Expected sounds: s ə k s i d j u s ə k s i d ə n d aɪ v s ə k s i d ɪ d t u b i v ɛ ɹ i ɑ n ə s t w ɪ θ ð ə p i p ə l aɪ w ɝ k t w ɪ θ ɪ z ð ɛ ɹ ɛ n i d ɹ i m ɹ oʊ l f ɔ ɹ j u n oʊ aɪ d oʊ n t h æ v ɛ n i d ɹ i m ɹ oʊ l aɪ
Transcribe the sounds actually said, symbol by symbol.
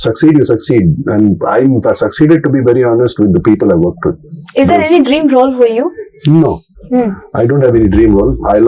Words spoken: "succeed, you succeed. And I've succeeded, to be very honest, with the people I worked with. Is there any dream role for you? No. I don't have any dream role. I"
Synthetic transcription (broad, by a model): s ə k s i d j u s ə k s i d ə n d aɪ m s ə k s i d ɪ d t u b i v ɛ ɹ i ɑ n ə s t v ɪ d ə p i p ə l aɪ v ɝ k t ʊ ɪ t ɪ z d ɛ ɹ ɛ n i d ɹ i m ɹ oʊ l f ɔ ɹ j u n oʊ aɪ d oʊ n t h æ v ɛ n i d ɹ i m ɹ oʊ l aɪ